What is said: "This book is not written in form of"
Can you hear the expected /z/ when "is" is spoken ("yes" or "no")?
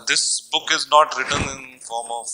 yes